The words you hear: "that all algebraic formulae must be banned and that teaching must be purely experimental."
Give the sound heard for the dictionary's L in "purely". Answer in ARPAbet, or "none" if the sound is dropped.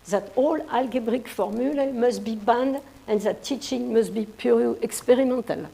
none